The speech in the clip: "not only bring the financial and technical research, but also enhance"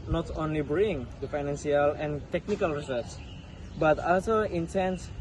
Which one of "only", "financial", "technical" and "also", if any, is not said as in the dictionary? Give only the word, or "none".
financial